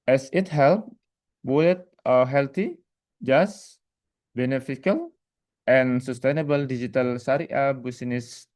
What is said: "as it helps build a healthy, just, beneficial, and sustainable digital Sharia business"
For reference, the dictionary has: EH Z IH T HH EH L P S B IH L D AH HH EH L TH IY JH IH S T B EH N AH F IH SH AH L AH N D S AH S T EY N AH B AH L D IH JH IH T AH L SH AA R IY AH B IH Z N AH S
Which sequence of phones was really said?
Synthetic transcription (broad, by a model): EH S IH T HH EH L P B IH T AH HH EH L T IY JH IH S B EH N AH F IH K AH L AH N S AH S T EY N AH B AH L D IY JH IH T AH L S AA R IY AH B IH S N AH S